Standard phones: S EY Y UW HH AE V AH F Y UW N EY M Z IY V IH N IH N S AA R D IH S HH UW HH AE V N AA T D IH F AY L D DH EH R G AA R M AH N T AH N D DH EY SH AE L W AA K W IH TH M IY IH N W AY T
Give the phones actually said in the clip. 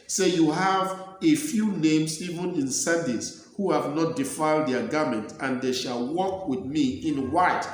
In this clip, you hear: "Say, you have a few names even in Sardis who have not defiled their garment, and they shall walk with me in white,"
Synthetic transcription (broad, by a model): S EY Y UW HH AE V AH F Y UW N EY M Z IY V IH N IH N S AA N D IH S HH UW HH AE V N AA T D IH F AY L D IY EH G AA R M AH N T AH N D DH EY SH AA L W AA K W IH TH M IY IH N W AY T